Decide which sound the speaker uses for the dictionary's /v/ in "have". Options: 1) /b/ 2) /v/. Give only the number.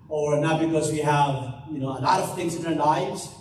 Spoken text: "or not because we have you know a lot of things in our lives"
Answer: 2